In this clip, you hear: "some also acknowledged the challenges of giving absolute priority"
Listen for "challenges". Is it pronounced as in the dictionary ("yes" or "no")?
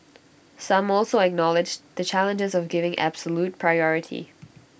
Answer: yes